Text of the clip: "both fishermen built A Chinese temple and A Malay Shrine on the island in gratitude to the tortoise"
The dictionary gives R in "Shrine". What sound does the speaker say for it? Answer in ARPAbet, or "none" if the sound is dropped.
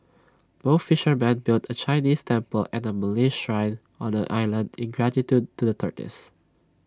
R